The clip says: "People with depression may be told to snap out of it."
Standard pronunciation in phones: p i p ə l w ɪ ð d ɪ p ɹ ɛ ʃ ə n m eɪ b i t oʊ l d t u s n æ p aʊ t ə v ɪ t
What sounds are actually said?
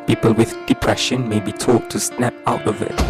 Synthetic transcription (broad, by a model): p i p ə l w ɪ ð d ɪ p ɹ ɛ ʃ ə n m eɪ b i t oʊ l t u s n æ p aʊ t ə v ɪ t